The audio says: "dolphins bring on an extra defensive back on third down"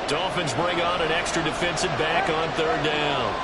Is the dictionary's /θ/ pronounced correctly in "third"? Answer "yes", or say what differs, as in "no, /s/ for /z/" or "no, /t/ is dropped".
yes